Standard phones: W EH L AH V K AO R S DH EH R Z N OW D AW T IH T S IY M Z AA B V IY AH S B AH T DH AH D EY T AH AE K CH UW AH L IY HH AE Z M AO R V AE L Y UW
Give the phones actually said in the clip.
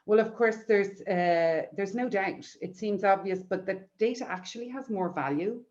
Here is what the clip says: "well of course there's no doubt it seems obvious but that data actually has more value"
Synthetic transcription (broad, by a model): W EH L AH V K AO R S DH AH R Z N OW D AW T IH T S IY M Z AA B V IY AH S B AH T DH AH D EY T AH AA K CH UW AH L IY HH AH Z M AO R V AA L Y UW